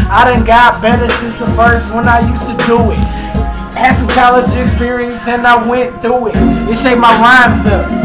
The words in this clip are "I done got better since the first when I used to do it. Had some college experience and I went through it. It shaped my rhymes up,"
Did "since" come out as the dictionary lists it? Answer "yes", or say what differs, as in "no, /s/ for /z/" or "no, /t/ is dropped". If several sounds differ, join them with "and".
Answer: no, /n/ is dropped